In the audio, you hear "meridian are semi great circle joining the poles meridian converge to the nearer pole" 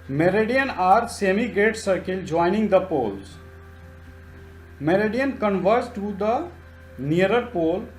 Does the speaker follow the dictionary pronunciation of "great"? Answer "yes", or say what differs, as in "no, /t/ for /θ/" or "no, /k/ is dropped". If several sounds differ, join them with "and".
no, /ɹ/ is dropped